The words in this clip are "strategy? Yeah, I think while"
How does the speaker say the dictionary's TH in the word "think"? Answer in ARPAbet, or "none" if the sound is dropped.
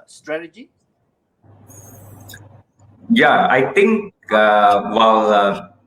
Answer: T